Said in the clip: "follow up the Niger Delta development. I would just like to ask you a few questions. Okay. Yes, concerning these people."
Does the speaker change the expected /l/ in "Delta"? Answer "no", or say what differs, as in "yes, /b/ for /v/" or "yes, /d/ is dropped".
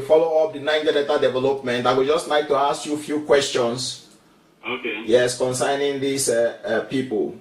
yes, /l/ is dropped